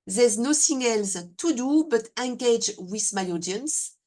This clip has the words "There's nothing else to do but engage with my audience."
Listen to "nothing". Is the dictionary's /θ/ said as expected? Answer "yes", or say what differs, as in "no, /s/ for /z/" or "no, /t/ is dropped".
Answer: no, /s/ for /θ/